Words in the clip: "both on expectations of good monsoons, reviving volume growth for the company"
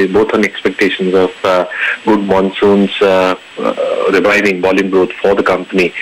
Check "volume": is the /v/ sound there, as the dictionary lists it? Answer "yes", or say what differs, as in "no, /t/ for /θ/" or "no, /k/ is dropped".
no, /b/ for /v/